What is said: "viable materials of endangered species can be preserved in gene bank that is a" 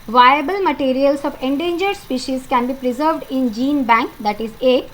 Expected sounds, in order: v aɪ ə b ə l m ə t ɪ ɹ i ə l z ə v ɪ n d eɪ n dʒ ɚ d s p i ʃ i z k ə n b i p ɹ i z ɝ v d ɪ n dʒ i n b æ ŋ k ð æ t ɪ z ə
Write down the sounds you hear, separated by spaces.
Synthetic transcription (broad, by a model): v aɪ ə b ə l m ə t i ɹ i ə l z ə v ɪ n d eɪ n dʒ ɚ d s p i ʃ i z k ə n b i p ɹ i z ɝ v d ɪ n dʒ i n b æ ŋ k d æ t ɪ z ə